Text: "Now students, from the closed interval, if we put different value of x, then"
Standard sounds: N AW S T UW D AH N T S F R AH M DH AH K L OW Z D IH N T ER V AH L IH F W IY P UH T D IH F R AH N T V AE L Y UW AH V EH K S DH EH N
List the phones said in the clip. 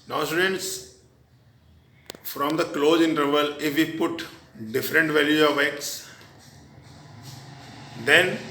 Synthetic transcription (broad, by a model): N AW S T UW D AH N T S F R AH M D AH K L OW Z IH N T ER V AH L IH F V IY P UH T D IH F R AH N T V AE L Y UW AH V EH K S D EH N